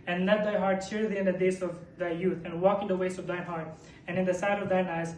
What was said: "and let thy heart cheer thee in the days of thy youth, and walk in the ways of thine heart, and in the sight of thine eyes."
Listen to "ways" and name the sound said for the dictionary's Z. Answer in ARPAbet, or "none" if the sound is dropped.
S